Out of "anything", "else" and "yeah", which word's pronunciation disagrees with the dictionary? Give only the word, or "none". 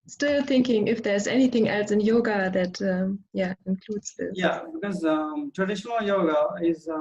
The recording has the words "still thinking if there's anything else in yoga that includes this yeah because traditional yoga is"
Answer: none